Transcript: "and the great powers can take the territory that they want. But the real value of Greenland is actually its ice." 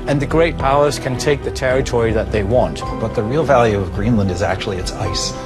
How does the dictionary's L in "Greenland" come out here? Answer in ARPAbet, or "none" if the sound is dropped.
L